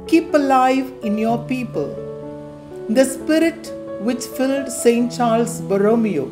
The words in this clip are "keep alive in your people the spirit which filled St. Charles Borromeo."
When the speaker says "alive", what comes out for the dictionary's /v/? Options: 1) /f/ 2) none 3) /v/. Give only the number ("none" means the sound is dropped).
3